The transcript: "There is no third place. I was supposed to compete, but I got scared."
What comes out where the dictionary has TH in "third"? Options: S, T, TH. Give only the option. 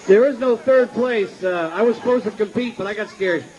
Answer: TH